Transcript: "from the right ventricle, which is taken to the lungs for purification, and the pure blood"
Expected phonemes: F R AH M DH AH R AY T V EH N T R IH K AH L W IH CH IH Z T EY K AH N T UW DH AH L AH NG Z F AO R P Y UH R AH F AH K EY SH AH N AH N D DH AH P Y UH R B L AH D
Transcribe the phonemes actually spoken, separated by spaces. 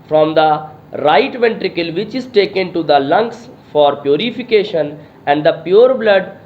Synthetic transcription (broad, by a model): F R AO M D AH R AY T V EH N T R IH K AH L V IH CH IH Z T EY K AH N T UW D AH L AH NG S F AO R P Y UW R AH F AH K EY SH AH N AH N D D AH P Y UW R B L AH D